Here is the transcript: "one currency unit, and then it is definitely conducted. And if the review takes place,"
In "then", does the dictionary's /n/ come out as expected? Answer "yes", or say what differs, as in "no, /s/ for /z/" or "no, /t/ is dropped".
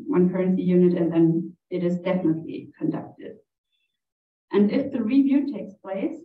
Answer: yes